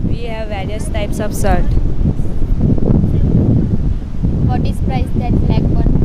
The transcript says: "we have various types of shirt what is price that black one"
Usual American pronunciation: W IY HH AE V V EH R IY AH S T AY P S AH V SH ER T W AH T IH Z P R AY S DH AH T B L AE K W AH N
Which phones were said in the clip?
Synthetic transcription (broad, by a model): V IY HH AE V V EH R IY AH S T AY P S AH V S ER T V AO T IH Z P R AY S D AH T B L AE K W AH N